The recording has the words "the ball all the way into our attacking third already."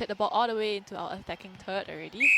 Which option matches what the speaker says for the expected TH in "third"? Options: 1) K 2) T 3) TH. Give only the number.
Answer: 2